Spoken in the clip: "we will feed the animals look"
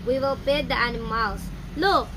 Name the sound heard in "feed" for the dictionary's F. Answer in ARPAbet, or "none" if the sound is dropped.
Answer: P